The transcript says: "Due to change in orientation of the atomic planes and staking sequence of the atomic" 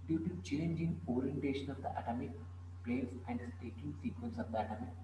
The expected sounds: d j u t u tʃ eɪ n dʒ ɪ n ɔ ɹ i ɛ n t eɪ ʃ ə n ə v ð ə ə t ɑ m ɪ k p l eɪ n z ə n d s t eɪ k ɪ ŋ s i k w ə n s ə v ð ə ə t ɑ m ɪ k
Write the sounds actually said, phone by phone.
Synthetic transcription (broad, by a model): d j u t u tʃ eɪ n dʒ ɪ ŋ ɔ ɹ i ɛ n t eɪ ʃ ə n ə v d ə ə t ɑ m ɪ k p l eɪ z ə n d s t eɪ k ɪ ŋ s i k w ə n s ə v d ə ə t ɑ m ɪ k